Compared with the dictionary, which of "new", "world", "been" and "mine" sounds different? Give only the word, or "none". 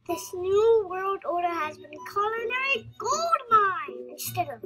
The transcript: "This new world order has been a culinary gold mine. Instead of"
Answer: none